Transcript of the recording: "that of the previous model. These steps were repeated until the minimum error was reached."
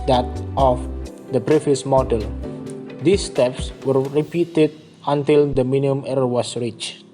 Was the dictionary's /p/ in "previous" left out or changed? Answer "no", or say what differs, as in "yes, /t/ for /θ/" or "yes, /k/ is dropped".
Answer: yes, /b/ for /p/